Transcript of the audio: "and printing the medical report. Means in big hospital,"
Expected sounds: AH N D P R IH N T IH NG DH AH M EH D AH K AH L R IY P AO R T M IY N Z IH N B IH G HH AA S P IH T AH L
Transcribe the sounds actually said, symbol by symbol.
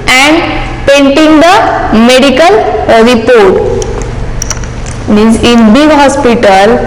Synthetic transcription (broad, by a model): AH N D P EH N T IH NG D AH M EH D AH K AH L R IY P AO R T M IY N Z IH N B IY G HH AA S P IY T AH L